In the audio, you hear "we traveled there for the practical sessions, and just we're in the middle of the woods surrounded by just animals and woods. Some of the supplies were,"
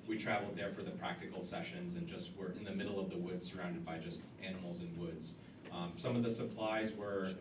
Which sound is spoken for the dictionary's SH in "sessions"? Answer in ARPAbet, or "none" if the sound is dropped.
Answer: SH